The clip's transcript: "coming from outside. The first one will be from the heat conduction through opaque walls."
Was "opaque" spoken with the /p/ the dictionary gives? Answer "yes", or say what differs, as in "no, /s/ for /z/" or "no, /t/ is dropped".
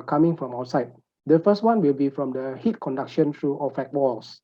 no, /f/ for /p/